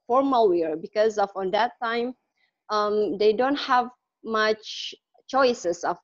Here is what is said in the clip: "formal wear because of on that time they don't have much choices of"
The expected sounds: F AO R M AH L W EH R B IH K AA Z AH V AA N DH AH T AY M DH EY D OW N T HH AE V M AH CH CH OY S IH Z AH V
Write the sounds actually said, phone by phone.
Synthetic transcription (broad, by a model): F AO R M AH L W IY R B IH K AA Z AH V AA N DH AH T AY M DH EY D OW N T HH AE V M AH CH CH OY S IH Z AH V